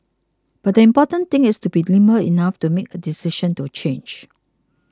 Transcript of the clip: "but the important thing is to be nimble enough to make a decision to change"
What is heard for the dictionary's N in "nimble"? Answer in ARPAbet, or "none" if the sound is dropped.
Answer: L